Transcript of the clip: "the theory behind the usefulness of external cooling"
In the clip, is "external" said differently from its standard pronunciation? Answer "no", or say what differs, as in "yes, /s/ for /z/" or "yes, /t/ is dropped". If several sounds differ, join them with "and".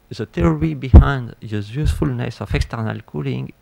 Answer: no